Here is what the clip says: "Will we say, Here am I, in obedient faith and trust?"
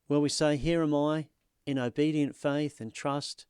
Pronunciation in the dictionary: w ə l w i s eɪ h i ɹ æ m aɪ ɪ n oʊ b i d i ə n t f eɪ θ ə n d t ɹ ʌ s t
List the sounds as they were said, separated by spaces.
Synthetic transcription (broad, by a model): w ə l w i s eɪ h i ɹ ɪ m aɪ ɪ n oʊ b i d i ə n t f eɪ θ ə n t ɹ ʌ s t